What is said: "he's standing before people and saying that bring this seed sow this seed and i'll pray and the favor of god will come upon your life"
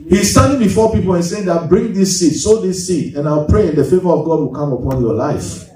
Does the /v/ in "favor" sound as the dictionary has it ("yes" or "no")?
yes